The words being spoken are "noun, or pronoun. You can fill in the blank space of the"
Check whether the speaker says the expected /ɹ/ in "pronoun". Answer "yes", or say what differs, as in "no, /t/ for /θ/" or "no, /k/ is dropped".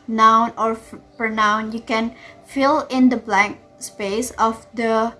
no, /ɹ/ is dropped